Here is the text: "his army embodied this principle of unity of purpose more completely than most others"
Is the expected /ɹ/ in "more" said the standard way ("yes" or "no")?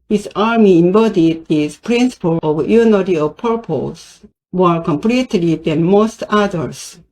no